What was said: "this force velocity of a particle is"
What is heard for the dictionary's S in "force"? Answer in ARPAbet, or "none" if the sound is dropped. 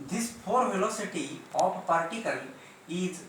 none